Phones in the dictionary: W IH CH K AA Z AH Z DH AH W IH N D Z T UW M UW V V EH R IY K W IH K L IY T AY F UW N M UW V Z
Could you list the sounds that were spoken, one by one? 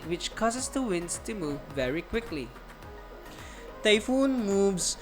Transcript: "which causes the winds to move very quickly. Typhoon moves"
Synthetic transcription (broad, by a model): W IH CH K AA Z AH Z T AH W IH N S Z T UW M UW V V EH R IY K W IH K L IY T AY F UW N M UW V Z